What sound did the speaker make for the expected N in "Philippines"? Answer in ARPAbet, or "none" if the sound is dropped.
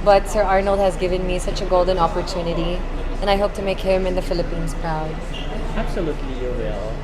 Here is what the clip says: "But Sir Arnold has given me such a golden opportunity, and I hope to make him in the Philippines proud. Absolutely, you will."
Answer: N